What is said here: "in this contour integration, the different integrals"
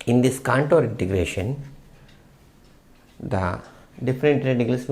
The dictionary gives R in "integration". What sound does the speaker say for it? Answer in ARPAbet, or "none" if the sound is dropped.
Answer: R